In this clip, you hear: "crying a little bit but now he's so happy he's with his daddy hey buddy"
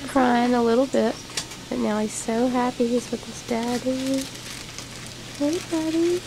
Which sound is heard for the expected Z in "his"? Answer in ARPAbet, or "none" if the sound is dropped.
S